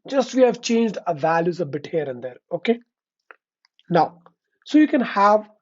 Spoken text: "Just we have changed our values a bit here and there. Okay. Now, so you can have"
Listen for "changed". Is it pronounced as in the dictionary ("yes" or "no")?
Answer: yes